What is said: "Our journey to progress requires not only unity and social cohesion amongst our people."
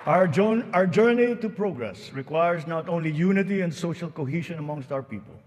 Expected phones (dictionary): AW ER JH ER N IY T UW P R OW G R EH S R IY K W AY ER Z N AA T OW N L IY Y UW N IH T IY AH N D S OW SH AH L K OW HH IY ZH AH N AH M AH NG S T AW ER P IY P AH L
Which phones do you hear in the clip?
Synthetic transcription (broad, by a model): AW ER JH ER N IY T UW P R OW G R EH S R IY K W AY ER S N AA T OW N L IY Y UW N IH T IY AH N D S OW SH AH L K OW HH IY SH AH N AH M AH NG S T AW ER P IY P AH L